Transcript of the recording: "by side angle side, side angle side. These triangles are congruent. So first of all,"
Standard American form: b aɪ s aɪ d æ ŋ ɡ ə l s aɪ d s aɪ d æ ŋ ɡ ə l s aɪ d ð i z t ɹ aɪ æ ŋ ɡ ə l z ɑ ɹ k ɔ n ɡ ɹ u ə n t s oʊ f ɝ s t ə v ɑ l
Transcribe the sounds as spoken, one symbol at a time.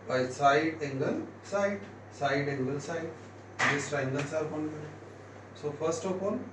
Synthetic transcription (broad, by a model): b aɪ s aɪ d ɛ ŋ ɡ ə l s aɪ d s aɪ d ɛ ŋ ɡ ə l s aɪ d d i s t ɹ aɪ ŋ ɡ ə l s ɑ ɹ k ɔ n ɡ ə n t s oʊ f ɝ s t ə p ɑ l